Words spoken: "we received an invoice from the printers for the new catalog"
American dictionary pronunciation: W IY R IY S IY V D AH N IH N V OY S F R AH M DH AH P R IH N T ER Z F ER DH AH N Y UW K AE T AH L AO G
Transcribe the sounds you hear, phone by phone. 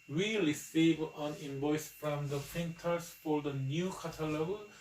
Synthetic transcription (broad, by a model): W IY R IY S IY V AH N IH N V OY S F R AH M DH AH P IH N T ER S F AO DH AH N Y UW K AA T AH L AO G